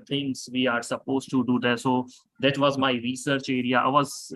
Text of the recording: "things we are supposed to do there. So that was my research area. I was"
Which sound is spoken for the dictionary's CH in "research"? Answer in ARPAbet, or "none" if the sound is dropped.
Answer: CH